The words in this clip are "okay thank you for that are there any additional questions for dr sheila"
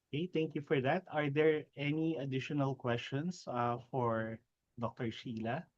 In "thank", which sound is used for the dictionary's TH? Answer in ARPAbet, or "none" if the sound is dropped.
T